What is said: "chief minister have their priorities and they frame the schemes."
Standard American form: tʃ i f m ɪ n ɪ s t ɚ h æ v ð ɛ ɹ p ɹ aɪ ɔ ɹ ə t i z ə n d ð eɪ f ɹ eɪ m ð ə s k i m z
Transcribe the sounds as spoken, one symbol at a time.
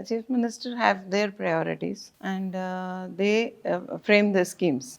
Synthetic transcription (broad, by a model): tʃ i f m ɪ n ɪ s t ɚ h æ v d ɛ ɹ p ɹ aɪ ɔ ɹ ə t i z ə n d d eɪ f ɹ eɪ m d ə s k i m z